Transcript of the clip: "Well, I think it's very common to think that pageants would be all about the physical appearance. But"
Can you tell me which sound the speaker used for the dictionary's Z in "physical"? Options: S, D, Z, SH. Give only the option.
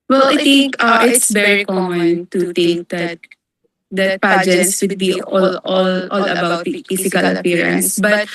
S